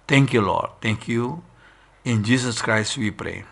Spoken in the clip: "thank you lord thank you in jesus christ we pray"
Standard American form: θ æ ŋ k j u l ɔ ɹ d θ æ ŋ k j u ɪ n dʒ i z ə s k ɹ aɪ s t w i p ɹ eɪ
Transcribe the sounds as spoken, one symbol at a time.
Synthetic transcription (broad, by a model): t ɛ ŋ k j u l ɔ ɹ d t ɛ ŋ k j u ɪ n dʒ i s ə s k ɹ aɪ s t w i p ɹ eɪ